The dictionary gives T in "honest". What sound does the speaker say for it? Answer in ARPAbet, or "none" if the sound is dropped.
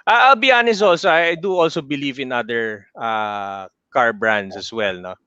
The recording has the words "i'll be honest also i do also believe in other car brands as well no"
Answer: none